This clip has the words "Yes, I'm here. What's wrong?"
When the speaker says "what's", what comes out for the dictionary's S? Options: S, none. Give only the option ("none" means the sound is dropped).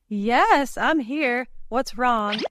S